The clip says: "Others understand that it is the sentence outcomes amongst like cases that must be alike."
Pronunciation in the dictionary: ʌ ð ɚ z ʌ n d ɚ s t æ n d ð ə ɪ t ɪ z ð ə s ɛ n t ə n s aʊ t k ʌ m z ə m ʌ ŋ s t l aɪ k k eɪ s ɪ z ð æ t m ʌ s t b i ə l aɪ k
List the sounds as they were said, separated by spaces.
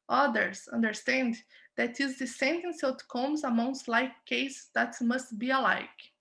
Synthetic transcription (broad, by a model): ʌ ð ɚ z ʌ n d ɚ s t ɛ n d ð ɪ t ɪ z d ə s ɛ n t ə n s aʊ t k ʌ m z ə m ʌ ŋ s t l aɪ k k eɪ ɪ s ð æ t m ʌ s t b i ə l aɪ k